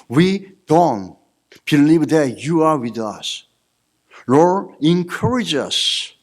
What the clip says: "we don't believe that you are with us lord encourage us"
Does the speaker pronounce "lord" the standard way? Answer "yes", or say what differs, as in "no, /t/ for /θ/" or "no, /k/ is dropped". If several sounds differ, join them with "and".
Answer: no, /d/ is dropped